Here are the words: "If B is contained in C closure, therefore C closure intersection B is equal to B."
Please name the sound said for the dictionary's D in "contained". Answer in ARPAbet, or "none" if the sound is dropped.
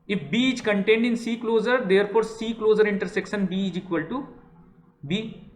D